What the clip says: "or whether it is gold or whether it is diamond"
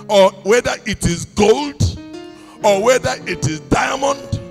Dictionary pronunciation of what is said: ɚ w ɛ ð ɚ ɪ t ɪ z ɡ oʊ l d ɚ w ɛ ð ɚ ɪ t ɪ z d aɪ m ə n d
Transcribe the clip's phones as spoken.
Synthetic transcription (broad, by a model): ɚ w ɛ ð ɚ ɪ t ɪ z ɡ oʊ l d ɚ w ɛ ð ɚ ɪ t ɪ z d aɪ m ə n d